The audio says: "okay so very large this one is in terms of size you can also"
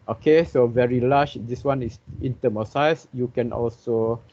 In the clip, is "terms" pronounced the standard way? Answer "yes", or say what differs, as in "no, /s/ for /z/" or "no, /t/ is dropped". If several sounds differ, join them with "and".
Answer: no, /z/ is dropped